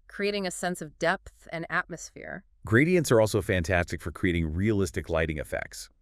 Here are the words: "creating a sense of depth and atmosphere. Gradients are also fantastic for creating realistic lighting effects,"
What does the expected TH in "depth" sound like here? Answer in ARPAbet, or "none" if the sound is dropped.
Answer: TH